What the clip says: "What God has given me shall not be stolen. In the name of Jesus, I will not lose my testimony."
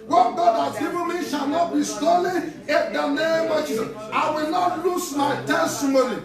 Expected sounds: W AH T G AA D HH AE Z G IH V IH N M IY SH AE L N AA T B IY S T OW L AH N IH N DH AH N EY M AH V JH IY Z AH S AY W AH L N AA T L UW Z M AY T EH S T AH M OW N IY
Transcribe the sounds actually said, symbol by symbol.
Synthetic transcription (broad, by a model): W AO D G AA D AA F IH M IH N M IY SH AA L N AA T B IY S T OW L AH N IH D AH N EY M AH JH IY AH IH W AH L N AA T L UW S M AY T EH S T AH M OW N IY